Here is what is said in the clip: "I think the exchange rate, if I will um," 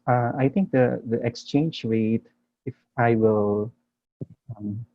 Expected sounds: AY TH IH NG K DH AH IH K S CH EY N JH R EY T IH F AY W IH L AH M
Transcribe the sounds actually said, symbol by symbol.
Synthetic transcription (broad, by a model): AY T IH NG K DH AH IH K S CH EY N JH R EY T IH F AY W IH L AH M